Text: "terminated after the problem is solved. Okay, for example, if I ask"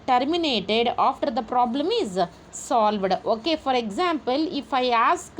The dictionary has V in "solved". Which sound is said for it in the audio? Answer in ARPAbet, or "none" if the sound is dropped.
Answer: V